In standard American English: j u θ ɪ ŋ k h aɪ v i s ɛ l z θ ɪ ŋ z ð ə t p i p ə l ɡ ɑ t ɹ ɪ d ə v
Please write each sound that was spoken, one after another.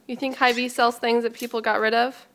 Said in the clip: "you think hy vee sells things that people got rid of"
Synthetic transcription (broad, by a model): j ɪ θ ɪ ŋ k h aɪ v i s ɛ l z θ ɪ ŋ z ð ə t p i p l ɡ ɑ t ɹ ɪ d ə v